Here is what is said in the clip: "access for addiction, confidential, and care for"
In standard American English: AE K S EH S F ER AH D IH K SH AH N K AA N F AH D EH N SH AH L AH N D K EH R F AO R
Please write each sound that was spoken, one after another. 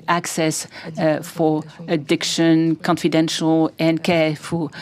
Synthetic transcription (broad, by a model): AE K S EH S F ER AH D IH K SH AH N K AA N F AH D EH N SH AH L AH N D K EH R F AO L